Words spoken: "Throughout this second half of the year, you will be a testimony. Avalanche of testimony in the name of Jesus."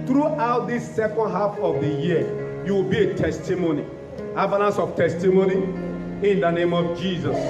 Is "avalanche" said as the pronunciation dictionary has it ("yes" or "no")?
no